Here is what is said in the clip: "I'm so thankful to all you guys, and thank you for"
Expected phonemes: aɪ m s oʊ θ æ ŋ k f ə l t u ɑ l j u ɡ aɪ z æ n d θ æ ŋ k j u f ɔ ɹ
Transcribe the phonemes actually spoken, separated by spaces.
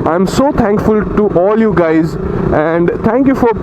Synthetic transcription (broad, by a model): aɪ m s oʊ t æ ŋ k f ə l t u ɑ l j u ɡ aɪ z æ n d t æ ŋ k j u f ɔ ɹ